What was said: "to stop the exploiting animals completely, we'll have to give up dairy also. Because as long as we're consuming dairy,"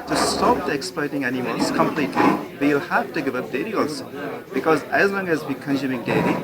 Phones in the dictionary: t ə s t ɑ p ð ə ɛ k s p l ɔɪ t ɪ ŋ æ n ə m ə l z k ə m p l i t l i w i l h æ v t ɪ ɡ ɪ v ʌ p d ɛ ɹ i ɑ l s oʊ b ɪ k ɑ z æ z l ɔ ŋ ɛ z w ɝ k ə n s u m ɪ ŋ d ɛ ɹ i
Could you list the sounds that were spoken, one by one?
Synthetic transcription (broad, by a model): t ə s t ɑ p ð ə ɛ k s p l ɔɪ t ɪ ŋ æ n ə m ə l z k ə m p l i t l i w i l h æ f t ɪ ɡ ɪ v ʌ p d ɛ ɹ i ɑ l s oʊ b ɪ k ɑ z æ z l ɔ ŋ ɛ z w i k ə n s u m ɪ ŋ d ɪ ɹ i